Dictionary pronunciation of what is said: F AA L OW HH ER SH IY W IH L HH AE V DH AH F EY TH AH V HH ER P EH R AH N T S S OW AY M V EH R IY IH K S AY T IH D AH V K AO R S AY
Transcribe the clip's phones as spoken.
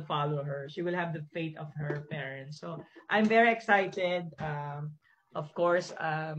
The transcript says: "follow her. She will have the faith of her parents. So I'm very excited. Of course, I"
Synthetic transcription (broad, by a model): F AA L OW HH ER SH IY W IH L HH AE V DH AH F EY T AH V HH ER P EH R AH N T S S OW AY M V EH R IY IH K S AY T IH D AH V K AO R S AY